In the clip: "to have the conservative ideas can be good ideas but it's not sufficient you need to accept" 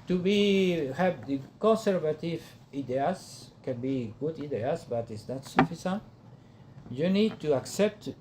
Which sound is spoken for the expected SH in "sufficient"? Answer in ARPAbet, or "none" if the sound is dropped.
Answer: S